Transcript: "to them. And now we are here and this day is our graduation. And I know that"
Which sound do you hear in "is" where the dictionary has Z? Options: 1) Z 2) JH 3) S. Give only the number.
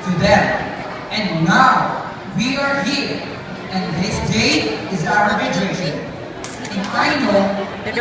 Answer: 1